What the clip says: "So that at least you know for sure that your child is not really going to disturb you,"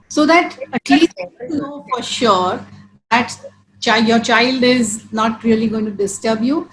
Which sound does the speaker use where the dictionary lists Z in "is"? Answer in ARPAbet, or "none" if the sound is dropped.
Z